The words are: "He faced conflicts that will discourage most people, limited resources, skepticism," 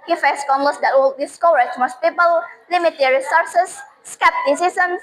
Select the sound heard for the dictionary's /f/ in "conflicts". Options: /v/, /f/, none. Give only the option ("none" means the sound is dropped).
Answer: none